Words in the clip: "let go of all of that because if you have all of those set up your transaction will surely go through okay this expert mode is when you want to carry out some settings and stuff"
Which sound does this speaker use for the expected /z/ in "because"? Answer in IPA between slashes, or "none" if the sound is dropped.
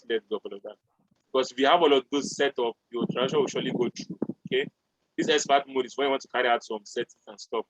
/s/